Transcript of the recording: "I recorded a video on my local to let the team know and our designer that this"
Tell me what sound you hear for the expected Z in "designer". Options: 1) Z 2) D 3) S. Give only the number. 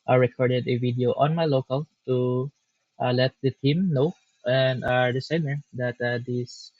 3